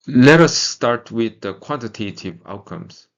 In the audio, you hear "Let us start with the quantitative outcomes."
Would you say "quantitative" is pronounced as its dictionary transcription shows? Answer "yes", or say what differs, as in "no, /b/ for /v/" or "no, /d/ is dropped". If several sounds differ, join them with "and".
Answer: yes